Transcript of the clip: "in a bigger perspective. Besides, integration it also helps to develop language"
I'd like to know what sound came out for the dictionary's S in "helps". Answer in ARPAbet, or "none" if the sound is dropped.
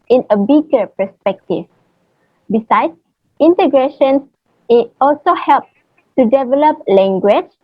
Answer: none